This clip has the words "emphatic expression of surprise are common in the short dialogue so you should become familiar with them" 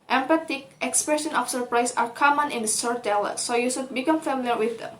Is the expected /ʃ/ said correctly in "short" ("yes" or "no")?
no